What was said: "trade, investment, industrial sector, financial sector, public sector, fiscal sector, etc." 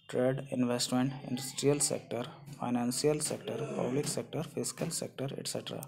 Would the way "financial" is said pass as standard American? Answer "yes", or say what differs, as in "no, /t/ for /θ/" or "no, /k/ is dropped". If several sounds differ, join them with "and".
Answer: no, /s/ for /ʃ/